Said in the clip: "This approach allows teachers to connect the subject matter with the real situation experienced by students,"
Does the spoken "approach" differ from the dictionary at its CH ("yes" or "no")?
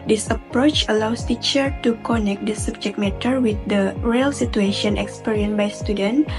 no